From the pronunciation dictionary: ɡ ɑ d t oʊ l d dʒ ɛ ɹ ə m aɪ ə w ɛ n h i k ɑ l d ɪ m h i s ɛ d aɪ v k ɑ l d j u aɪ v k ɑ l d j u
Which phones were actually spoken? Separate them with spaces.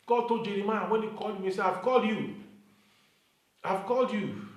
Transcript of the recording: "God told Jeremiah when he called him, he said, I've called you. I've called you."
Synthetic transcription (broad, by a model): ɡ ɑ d t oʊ dʒ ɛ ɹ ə m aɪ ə w ɛ n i k ɑ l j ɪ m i s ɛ aɪ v k ɑ l d j u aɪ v k ɑ l d j u